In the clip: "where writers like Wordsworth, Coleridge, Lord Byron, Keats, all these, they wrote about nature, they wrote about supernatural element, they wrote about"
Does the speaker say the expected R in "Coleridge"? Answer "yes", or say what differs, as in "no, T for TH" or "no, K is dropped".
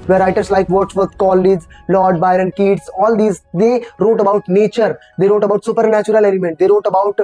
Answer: no, R is dropped